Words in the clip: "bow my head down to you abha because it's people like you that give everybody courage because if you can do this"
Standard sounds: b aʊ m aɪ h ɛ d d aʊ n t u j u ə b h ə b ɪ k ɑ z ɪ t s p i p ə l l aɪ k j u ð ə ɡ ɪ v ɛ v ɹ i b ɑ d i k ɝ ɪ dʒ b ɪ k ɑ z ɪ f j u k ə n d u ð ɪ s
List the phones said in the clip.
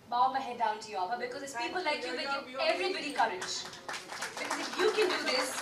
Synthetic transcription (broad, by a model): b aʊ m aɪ h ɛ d d aʊ n t u j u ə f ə b ɪ k ɑ z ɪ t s p i p ə l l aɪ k j u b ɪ ɛ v ɹ i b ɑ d i k ɝ ɪ dʒ b ɪ k ɑ z ɪ f j u k ə n d u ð ɪ s